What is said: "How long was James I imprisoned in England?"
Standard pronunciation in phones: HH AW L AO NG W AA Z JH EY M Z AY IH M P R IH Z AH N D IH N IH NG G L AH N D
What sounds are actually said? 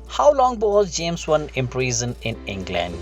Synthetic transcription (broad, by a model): HH AW L AO NG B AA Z JH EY M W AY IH M P R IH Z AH N IH N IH NG G L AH N D